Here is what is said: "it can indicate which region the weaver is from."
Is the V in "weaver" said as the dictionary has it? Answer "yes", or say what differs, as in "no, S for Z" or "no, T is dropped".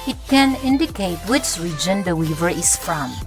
yes